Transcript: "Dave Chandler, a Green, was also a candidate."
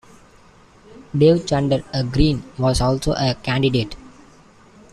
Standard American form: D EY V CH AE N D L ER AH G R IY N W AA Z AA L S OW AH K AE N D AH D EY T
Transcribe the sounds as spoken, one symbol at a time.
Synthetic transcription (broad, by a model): D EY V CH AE N D ER AH G R IY N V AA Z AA L S OW AH K AE N D AH D EY T